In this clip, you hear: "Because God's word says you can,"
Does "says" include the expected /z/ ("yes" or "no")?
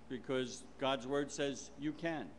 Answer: yes